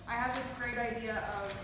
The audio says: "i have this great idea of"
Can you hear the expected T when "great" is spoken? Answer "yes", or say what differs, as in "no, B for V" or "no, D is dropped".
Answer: yes